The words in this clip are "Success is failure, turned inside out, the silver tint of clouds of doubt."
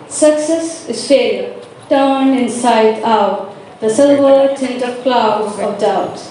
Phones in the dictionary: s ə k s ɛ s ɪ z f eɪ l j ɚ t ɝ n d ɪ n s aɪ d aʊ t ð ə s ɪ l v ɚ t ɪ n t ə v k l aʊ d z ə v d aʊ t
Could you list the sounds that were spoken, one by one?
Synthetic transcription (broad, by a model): s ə k s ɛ s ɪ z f eɪ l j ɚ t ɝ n ɪ n s aɪ d aʊ t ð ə s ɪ l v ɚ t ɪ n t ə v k l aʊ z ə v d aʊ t